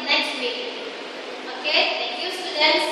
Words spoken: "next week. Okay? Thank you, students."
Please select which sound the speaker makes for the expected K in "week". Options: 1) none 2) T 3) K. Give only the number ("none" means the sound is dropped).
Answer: 1